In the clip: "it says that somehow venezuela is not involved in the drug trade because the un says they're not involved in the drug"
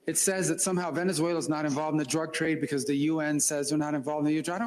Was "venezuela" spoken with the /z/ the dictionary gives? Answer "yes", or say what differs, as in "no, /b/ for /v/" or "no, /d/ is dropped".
yes